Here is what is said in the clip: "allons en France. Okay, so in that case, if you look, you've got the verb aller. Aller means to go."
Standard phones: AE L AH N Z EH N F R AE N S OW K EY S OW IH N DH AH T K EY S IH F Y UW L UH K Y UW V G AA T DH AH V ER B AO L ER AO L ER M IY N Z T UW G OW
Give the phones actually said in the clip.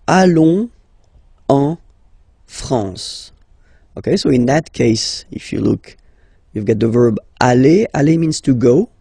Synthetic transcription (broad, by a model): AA L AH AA F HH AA S OW K EY S OW IH N DH AH T K EY S IH F Y UW L UH K Y UW V G AA T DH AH V ER B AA L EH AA L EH M IY N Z T UW G OW